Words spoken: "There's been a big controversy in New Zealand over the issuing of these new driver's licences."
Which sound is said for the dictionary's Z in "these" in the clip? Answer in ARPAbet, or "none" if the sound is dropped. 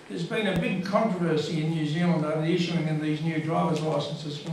Z